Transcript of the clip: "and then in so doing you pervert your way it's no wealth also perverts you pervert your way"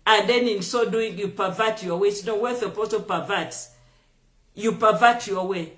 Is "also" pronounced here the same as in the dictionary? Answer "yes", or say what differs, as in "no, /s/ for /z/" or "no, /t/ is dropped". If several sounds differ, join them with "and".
no, /l/ is dropped